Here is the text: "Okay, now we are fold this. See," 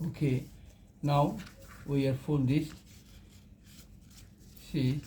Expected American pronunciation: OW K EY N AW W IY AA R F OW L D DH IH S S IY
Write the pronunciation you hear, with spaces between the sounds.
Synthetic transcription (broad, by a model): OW K EY N AW W IY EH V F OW N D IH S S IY